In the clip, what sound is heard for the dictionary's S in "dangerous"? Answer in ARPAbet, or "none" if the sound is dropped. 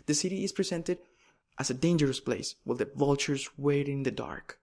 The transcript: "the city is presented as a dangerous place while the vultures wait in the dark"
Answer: S